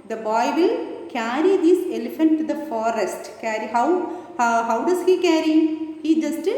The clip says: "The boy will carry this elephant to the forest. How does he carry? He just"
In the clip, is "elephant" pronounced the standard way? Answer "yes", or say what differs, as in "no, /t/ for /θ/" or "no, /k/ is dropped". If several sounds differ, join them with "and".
yes